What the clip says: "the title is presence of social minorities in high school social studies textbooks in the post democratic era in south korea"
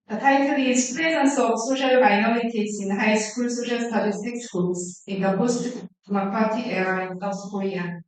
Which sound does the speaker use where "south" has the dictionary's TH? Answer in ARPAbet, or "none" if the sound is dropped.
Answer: S